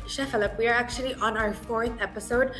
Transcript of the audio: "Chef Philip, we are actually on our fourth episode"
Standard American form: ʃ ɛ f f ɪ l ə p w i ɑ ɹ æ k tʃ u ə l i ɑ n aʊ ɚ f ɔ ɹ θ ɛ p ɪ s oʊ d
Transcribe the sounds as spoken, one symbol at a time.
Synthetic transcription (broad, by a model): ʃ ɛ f f ɪ l ə p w i ɑ ɹ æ k tʃ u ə l i ɑ n aʊ ɚ f ɔ ɹ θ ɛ p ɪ s oʊ d